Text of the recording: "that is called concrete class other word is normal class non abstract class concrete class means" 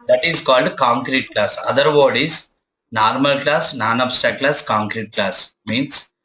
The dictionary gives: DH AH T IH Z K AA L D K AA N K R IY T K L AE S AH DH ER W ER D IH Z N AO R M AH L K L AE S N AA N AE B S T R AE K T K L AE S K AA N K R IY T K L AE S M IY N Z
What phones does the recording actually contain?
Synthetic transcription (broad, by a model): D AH T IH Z K AA L D K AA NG K R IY T K L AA S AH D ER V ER D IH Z N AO R M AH L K L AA S N AA N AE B S T AE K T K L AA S K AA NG K R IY T K L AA S M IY N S